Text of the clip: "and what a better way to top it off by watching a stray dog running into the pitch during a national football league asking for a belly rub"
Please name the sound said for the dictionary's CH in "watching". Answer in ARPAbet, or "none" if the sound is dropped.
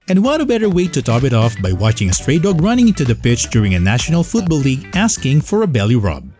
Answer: CH